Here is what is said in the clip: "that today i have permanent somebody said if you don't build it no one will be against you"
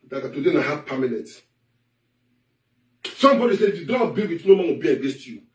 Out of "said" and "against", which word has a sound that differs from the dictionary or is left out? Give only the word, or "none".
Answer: against